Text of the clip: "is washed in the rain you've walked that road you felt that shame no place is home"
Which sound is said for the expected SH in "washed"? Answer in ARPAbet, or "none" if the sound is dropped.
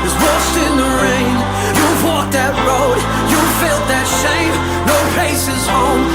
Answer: S